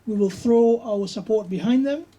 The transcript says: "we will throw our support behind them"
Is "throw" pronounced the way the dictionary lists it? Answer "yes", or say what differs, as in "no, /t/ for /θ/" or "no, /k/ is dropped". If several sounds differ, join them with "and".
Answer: yes